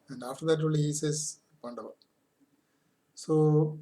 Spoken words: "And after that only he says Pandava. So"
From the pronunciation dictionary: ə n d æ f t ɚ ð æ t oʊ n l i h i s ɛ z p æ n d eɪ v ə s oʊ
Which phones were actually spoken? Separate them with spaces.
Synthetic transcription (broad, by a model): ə n d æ f t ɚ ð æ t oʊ l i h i s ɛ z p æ n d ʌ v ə s oʊ